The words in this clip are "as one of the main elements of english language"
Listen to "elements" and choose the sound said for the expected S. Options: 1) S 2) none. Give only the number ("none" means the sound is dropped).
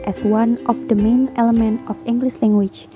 2